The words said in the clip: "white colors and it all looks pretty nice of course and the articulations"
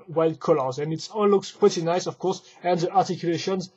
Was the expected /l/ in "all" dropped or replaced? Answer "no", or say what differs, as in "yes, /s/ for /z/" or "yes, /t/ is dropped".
yes, /n/ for /l/